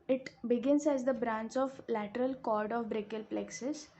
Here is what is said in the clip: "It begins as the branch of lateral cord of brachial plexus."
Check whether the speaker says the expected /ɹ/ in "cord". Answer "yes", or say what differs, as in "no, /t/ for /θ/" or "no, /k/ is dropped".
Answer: yes